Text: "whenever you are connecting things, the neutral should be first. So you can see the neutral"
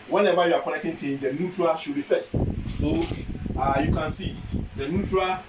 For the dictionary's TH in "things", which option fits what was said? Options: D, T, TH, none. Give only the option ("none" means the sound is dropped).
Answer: T